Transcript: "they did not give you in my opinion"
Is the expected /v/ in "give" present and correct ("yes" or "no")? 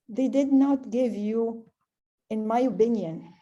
yes